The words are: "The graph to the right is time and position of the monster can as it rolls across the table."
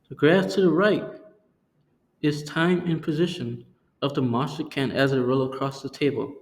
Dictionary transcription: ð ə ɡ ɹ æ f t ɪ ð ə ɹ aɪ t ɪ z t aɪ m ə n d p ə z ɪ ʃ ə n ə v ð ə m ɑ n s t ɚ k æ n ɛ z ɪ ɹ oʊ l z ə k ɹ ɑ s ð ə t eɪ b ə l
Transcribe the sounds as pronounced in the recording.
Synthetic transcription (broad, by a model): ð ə ɡ ɹ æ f t ɪ ð ə ɹ aɪ t ɪ z t aɪ m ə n p ə z ɪ ʃ ə n ə v ð ə m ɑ s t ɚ k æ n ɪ z ɪ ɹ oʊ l ə k ɹ ɑ s ð ə t eɪ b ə l